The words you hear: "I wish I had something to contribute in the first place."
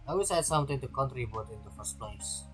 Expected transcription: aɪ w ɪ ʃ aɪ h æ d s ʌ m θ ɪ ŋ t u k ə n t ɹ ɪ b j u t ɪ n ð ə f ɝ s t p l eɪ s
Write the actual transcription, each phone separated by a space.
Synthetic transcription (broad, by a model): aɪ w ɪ s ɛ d s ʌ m t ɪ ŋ t u k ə n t ɹ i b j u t ɪ n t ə f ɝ s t p l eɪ s